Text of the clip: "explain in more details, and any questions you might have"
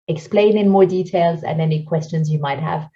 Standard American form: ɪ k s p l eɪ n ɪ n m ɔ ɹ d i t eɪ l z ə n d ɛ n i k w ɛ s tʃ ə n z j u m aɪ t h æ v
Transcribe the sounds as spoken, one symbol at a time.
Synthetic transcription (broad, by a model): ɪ k s p l eɪ n ɪ n m ɔ ɹ d i t eɪ l z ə n ɛ n i k w ɛ s tʃ ə n z j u m aɪ t h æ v